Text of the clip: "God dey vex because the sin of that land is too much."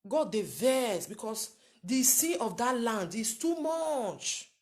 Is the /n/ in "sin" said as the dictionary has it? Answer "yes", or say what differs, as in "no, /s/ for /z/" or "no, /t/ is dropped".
no, /n/ is dropped